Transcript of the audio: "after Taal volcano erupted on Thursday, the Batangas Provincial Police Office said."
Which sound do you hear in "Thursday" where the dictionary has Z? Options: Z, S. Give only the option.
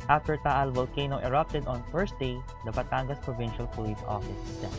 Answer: S